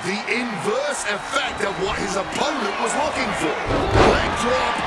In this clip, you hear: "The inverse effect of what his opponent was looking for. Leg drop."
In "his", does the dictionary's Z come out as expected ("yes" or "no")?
yes